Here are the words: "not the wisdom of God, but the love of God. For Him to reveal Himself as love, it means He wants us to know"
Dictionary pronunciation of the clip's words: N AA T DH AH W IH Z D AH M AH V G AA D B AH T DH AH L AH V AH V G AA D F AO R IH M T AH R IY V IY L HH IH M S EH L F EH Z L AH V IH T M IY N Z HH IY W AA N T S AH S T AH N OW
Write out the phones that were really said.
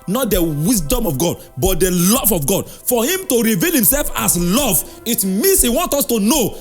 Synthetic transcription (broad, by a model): N AA T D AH W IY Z D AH M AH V G AA D B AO T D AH L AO V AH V G AA D F AO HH IH M T AH R IY V IY L HH IH M S EH L F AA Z L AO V IH T M IY N S HH IY W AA N T AO S T AH N OW